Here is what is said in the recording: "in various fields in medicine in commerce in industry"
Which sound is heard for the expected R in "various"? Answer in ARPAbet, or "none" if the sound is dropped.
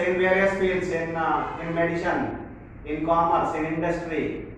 none